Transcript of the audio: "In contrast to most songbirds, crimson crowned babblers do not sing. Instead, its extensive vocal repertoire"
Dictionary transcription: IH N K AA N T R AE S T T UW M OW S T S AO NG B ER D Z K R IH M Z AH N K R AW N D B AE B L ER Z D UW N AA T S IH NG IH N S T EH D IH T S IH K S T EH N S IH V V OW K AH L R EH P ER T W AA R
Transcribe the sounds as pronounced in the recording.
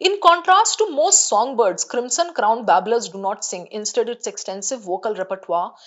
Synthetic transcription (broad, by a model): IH N K AA N T R AE S T T UW M OW S T S AO NG B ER D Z K R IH M S AH N K R AW N D B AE B L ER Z D UW N AA T S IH NG IH N S T EH D IH T S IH K S T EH N S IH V V OW K AH L R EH P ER T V AA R